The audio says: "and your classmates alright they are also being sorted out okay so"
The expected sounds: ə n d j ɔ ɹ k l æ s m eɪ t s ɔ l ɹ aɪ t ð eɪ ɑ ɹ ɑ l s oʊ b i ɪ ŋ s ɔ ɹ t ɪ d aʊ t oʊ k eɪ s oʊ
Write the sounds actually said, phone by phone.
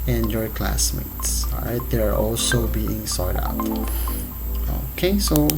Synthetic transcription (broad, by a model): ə n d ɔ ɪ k l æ s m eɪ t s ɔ ɹ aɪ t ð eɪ ɑ ɹ ɑ l s oʊ b i ɪ ŋ s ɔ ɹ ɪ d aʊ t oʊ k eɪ s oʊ